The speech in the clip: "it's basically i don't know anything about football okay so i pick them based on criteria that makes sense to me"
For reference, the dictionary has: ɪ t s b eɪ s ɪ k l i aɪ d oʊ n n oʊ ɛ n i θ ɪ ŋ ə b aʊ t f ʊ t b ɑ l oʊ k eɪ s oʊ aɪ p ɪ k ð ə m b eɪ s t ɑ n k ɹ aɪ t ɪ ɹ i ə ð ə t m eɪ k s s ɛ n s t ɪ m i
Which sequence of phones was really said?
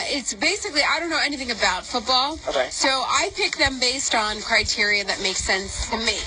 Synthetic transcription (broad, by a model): ɪ t s b eɪ s ɪ k l i aɪ d oʊ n n oʊ ɛ n i θ ɪ ŋ ə b aʊ t f ʊ t b ɑ l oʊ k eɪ s oʊ aɪ p ɪ k ð ə m b eɪ s t n k ɹ aɪ t ɪ ɹ i ə ð ə t m eɪ k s s ɛ n s t ɪ m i